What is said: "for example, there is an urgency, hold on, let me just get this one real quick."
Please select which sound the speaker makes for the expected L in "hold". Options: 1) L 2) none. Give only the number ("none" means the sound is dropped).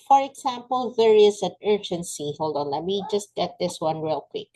1